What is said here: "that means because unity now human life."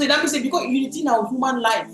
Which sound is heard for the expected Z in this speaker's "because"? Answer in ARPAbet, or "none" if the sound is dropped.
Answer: none